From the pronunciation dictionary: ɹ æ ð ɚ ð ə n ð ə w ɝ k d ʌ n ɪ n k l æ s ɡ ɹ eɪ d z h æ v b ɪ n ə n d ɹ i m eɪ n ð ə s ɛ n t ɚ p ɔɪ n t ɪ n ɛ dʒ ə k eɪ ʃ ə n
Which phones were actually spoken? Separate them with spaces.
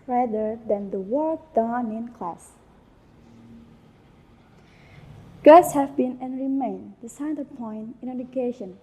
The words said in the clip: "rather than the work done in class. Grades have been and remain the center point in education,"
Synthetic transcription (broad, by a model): ɹ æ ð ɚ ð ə n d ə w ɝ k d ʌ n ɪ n k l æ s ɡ eɪ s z h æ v b ɪ n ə n ɹ i m eɪ n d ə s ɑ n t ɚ p ɔɪ n t ɪ n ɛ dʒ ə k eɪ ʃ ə n